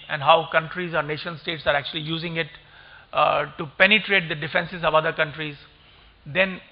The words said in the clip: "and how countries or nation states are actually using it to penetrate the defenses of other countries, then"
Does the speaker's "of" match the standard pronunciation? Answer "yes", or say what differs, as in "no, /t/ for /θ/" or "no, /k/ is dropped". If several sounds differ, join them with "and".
yes